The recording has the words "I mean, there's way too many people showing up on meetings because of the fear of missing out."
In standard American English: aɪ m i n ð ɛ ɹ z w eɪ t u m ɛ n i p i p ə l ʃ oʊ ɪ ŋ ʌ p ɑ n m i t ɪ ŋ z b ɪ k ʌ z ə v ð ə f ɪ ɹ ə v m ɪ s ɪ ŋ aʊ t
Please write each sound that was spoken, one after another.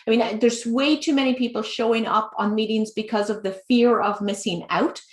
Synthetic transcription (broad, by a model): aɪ m i n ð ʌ ɹ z w eɪ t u m ɛ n i p i p l ʃ oʊ ɪ ŋ ʌ p n m i t ɪ ŋ z b ɪ k ʌ z ə v ð ə f ɪ ɹ ə v m ɪ s ɪ ŋ aʊ t